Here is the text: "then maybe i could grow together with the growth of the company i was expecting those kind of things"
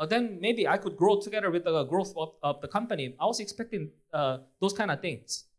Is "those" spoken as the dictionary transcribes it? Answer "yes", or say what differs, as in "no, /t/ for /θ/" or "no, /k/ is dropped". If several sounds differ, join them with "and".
no, /s/ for /z/